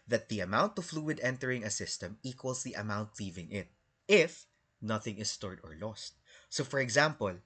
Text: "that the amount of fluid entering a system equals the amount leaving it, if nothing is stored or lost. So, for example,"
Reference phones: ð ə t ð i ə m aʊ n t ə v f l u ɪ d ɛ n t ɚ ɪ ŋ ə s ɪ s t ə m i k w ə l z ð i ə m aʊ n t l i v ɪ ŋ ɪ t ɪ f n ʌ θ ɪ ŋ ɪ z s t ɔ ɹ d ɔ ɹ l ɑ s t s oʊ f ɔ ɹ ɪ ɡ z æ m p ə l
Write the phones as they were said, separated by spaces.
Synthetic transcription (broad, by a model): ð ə t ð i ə m aʊ n t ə f l u ɪ d ɛ n t ɚ ɪ ŋ ə s ɪ s t ə m i k w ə l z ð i ə m aʊ n t l i v ɪ ŋ ɪ t ɪ f n ʌ θ ɪ ŋ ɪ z s t ɔ ɹ d ɔ ɹ l ɑ s t s oʊ f ɔ ɹ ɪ ɡ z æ m p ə l